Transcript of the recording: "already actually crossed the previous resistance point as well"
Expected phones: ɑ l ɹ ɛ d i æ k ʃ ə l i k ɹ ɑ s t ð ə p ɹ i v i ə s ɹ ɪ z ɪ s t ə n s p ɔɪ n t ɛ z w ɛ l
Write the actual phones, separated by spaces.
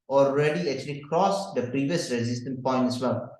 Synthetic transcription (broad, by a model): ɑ l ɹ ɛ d i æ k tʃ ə l i k ɹ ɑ s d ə p ɹ i v i ə s ɹ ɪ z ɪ s t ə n p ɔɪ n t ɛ s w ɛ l